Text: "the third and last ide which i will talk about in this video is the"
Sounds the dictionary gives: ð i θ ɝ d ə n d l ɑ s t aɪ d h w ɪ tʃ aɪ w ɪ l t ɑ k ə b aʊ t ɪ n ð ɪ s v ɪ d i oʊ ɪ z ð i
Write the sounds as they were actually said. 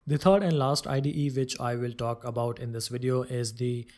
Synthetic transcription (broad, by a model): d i t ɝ d ə n d l ɑ s t aɪ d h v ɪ tʃ aɪ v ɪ l t ɑ k ə b aʊ t ɪ n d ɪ s v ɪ d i oʊ ɪ z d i